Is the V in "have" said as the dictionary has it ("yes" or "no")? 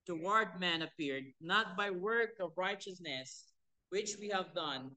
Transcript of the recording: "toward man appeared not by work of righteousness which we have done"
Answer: yes